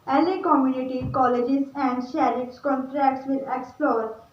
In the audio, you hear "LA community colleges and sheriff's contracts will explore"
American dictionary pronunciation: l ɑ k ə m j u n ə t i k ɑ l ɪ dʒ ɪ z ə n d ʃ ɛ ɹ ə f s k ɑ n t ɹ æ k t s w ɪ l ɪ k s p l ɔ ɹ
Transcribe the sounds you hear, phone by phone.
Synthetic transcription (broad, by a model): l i k ə m j u n ə t i k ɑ l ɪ dʒ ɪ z ə n d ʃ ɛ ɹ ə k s k ɑ n t ɹ æ k t s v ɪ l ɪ k s p l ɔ ɹ